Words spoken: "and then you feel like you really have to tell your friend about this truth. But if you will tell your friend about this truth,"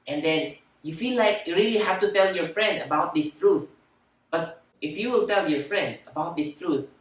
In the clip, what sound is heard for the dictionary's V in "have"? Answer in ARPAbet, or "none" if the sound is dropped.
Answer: F